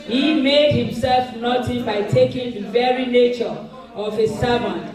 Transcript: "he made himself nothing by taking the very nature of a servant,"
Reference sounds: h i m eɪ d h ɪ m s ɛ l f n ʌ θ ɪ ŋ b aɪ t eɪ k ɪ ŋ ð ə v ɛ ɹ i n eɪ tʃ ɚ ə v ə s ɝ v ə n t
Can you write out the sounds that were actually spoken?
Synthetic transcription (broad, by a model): h i m eɪ d h ɪ m s ɛ l f n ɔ t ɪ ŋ b aɪ t eɪ k ɪ ŋ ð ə v ɛ ɹ i n eɪ tʃ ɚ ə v ə s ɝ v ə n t